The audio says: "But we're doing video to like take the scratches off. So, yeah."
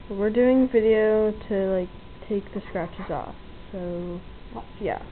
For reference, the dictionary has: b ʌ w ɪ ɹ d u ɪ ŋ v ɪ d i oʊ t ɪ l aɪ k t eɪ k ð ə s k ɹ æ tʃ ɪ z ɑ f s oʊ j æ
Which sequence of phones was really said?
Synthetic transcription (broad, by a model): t w ɪ ɹ d u ɪ ŋ v ɪ d i oʊ t ɪ l aɪ k t eɪ k ð ə s k ɹ æ tʃ ɪ z ɑ f s oʊ j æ